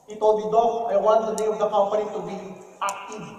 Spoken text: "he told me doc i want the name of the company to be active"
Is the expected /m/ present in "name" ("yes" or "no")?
no